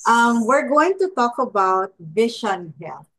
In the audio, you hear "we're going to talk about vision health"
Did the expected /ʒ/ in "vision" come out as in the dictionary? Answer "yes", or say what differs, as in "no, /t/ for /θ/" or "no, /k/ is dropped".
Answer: no, /ʃ/ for /ʒ/